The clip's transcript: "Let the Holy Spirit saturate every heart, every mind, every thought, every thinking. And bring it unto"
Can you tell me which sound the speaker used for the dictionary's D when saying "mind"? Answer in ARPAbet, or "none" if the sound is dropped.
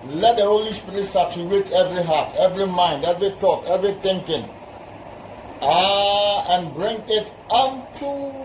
D